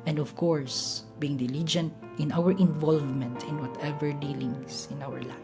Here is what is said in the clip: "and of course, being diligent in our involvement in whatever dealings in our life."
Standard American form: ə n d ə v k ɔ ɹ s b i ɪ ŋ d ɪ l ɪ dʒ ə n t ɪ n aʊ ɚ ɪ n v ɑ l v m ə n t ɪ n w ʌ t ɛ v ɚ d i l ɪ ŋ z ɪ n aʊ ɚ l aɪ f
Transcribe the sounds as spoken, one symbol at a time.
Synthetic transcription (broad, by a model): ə n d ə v k ɔ ɹ s b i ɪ ŋ d ɪ l ɪ dʒ ə n t ɪ n aʊ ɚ ɪ n v ɑ l v m ə n t ɪ n w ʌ t ɛ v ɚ d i l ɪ ŋ s ɪ n aʊ ɚ l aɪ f